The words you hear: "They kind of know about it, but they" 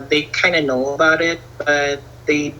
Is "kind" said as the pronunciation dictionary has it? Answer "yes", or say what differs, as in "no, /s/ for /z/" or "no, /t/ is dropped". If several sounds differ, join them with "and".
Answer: no, /d/ is dropped